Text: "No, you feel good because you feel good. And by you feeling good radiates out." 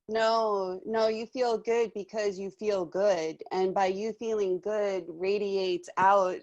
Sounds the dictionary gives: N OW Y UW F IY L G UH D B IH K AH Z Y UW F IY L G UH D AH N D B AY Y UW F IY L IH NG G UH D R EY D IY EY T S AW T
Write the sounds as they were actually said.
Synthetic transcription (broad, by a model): N OW Y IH F IY L G UH D B IH K AH Z Y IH F IY L G UH D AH N B AY Y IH F IY L IH NG G UH D R EY D IY EY T S AW T